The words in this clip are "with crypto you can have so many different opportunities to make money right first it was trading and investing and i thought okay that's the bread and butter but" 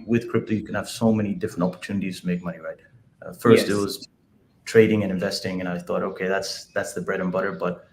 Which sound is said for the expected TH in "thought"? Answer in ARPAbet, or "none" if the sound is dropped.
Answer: TH